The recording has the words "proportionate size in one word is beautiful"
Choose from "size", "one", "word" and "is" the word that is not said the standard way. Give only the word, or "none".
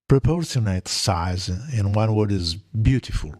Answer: none